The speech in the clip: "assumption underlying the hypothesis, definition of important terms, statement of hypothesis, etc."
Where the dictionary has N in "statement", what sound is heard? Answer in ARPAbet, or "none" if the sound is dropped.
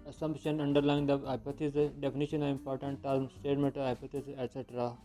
none